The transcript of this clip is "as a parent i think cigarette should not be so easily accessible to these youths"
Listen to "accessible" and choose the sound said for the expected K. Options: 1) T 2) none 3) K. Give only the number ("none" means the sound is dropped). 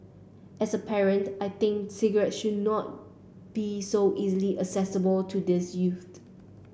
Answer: 2